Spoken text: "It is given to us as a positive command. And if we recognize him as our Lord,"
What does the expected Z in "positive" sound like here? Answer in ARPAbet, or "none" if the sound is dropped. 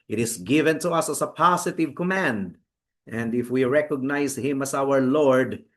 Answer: S